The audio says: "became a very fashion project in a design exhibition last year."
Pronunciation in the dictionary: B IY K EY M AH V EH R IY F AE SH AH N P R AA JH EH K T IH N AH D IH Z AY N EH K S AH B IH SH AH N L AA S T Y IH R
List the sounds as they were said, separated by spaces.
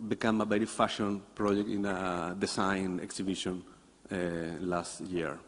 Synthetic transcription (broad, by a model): B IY K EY M AH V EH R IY F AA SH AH N P R AA JH EH K T IH N AH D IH S AY N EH K S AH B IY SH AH N L AA S T Y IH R